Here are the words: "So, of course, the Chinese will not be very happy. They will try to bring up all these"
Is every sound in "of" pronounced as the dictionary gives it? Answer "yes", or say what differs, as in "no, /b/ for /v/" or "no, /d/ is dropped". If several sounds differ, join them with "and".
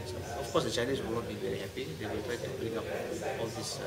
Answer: no, /f/ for /v/